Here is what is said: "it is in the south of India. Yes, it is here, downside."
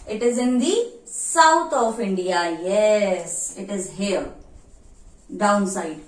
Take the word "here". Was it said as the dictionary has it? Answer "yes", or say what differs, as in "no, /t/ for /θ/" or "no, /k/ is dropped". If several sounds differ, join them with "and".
no, /l/ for /ɹ/